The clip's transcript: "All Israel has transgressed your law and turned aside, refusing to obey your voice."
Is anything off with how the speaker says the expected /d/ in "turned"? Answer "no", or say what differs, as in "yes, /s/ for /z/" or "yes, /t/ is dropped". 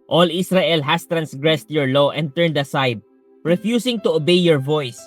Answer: no